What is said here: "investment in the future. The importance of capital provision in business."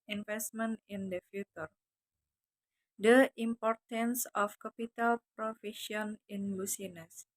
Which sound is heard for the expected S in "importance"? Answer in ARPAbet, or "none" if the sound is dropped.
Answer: S